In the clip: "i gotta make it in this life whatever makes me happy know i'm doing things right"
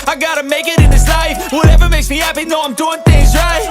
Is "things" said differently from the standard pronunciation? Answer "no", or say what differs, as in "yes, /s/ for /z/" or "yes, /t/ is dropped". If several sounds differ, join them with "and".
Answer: no